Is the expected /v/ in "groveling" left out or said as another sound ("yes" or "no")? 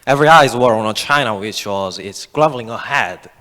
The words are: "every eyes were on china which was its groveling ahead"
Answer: yes